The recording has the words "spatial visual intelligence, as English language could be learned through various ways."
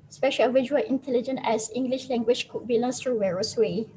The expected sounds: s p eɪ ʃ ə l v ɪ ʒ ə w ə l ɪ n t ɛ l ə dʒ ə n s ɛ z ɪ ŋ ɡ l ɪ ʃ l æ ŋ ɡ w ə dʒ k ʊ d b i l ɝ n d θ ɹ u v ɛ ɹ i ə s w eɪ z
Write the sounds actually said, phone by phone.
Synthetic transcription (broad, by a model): s p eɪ ʃ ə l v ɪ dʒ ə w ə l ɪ n t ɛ l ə dʒ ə n ɛ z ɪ ŋ ɡ l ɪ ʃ l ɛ ŋ ɡ w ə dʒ k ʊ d b i l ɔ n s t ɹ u w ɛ ɹ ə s w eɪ